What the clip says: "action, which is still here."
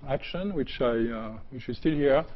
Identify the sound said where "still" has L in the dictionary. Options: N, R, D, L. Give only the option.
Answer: L